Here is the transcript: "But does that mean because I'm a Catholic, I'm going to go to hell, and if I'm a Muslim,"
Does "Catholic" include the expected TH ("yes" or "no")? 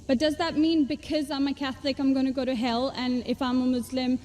yes